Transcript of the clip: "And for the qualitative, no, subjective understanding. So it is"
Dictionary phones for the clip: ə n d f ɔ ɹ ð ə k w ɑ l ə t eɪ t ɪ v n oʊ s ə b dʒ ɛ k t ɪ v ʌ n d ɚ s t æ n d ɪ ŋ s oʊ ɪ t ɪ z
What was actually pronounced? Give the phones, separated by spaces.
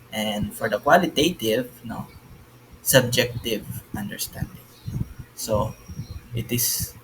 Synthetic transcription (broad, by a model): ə n d f ɔ ɹ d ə k w ɑ l ə t eɪ t ɪ v n oʊ s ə b dʒ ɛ k t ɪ v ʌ n d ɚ s t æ n d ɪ ŋ s oʊ ɪ t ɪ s